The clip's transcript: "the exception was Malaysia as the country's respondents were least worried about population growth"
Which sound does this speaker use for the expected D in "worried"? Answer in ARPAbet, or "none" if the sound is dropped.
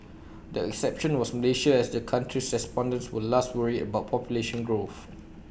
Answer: none